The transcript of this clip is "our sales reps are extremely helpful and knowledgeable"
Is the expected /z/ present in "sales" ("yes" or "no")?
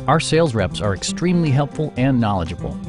yes